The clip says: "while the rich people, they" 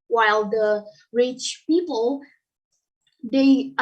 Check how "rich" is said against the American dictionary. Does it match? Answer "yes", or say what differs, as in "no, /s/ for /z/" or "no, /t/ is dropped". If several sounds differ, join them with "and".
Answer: yes